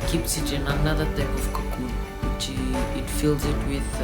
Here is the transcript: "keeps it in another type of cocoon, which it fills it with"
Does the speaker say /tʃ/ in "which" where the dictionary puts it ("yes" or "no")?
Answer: no